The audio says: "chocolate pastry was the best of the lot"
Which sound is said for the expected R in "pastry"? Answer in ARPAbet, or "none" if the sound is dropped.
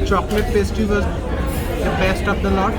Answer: none